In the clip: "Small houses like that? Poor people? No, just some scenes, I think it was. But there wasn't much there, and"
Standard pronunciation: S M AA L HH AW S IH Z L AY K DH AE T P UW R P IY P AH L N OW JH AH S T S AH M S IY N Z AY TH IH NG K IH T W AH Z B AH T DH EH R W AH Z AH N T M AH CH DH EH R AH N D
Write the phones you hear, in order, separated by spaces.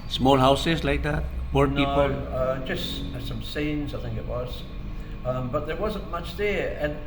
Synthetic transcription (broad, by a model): S M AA L HH AW S IH Z L AY K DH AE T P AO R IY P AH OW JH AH S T S AH M S IY N Z AY TH IH NG K IH T W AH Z B AH T DH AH R W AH Z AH N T M AH CH DH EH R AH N